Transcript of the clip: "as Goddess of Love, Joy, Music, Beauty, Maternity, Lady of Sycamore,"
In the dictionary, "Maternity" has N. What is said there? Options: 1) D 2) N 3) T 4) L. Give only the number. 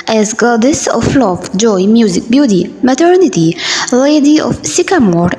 2